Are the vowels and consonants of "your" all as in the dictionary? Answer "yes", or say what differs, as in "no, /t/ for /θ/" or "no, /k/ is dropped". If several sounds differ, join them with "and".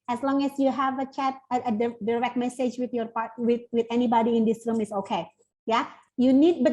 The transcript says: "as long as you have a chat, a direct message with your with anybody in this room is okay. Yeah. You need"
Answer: no, /w/ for /ɹ/